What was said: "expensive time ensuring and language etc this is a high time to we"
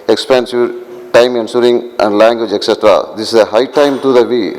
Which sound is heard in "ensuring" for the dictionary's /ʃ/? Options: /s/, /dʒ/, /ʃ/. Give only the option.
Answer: /s/